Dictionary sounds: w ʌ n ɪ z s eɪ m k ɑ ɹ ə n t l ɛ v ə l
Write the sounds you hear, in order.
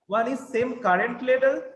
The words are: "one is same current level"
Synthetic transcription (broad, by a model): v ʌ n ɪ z s eɪ m k ɑ ɹ ə n t l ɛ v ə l